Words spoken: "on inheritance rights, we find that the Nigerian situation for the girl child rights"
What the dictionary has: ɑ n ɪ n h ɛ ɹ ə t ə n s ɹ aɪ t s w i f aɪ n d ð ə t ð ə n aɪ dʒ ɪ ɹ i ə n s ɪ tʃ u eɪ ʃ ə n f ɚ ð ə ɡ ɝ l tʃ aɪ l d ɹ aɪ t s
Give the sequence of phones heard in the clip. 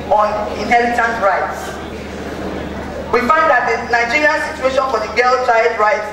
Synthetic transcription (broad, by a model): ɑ n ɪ n h ɛ l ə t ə n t ɹ aɪ t s w i f aɪ n d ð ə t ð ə n aɪ dʒ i ɹ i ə n s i tʃ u eɪ ʃ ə n f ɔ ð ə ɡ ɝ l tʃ aɪ d ɹ aɪ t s